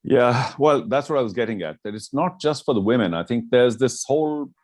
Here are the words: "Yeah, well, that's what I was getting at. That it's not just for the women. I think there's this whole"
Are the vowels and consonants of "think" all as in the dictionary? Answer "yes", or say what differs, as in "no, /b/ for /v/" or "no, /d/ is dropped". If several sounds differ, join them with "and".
yes